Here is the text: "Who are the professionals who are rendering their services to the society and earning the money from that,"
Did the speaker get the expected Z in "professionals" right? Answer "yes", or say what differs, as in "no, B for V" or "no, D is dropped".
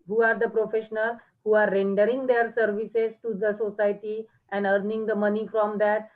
no, Z is dropped